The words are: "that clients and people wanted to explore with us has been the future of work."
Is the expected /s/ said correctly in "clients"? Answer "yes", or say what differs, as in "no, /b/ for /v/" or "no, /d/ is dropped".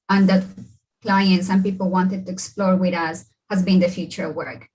yes